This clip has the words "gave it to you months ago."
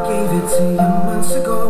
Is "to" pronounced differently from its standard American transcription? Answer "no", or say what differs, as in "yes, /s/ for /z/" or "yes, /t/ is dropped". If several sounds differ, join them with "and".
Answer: yes, /s/ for /t/